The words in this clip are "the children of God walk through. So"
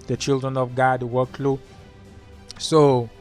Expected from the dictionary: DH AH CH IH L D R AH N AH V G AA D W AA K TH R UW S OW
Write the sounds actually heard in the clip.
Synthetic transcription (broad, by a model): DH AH CH IH L D R AH N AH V G AA D W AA K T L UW S OW